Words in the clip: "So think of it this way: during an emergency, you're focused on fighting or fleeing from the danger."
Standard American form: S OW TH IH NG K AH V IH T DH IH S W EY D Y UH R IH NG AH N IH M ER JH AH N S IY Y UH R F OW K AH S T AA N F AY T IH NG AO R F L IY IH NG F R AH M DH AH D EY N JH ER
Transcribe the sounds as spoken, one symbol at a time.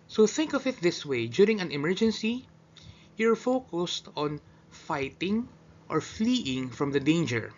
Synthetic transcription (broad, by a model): S OW TH IH NG K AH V IH T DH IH S W EY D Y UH R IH NG AH N IH M ER JH AH N S IY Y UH R F OW K AH S T AA N F AY T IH NG AO R F L IY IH NG F R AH M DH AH D EY N JH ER